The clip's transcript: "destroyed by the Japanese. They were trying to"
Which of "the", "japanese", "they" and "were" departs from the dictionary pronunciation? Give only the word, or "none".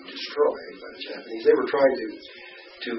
none